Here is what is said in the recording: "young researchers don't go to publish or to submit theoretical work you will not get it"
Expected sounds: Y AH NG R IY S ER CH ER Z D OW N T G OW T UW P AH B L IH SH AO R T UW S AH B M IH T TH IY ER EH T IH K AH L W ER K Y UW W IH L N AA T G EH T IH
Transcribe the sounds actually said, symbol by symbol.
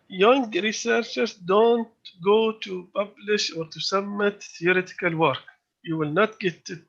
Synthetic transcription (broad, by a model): Y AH NG R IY S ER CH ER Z D OW N T G OW T UW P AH B L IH SH AO R T UW S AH M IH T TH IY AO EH T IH K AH L W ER K Y UW W IH L N AA T G EH T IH